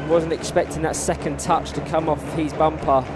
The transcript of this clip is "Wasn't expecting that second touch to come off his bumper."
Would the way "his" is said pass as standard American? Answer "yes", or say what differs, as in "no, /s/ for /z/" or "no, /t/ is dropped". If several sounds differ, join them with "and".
yes